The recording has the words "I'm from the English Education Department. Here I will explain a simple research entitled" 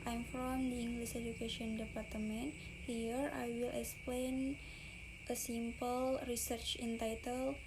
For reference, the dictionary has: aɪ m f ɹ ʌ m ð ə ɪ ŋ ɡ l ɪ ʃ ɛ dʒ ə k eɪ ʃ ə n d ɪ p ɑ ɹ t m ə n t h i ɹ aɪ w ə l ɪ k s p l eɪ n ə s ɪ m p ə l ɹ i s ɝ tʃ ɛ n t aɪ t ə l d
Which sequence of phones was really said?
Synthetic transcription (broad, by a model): aɪ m f ɹ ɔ m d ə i ŋ ɡ l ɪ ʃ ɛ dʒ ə k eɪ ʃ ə n d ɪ p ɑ ɹ t m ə n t h i ɹ aɪ w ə l ɪ k s p l eɪ n ə s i m p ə l ɹ i s ɝ tʃ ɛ n t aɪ t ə l